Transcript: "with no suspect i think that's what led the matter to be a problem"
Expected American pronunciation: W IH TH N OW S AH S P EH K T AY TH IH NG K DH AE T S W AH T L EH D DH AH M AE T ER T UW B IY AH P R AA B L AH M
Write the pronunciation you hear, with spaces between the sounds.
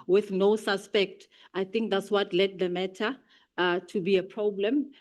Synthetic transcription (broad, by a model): W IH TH N OW S AH S P EH K T AY TH IH NG K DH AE T S W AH T L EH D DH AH M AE T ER T UW B IY AH P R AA B L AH M